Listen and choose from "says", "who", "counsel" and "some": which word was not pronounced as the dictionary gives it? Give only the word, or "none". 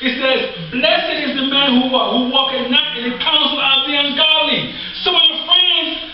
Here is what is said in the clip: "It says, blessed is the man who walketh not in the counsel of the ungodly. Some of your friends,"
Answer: some